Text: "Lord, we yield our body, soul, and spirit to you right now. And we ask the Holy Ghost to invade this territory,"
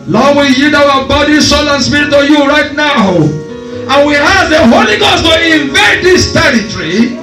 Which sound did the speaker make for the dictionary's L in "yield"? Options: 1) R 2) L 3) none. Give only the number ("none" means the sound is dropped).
3